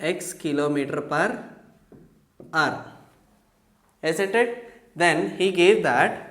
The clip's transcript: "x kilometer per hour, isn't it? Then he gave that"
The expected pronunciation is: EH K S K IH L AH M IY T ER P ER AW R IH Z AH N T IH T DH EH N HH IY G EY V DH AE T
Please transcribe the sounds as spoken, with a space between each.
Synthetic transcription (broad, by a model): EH K S K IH L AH M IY T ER P ER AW R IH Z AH T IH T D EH N HH IY G EY V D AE T